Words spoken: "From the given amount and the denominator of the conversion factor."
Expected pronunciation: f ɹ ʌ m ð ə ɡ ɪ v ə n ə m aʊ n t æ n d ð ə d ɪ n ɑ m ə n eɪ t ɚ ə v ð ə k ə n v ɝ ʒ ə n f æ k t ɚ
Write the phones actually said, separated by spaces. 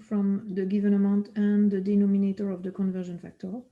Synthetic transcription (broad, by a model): f ɹ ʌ m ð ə ɡ ɪ v ə n ə m aʊ n t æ n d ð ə d ɪ n ɑ m ə n eɪ t ɚ ə v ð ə k ə n v ɝ ʒ ə n f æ k t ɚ